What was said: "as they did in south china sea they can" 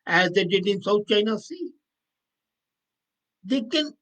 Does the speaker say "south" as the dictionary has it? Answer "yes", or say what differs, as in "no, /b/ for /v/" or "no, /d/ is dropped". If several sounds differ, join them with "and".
no, /t/ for /θ/